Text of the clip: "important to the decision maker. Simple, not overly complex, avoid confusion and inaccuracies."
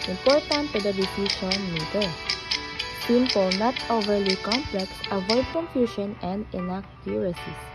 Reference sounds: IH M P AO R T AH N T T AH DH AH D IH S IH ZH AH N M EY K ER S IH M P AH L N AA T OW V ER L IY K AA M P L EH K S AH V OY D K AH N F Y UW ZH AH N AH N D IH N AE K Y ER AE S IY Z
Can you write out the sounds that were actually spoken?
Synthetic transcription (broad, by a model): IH M P AO R T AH N T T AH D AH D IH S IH SH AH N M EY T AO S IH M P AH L N AA T OW V ER L IY K AA M P L EH K S AH V OY D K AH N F Y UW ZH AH N AH N D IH N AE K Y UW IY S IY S